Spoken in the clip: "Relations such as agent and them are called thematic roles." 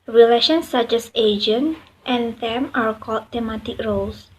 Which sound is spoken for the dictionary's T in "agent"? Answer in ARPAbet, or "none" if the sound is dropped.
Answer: T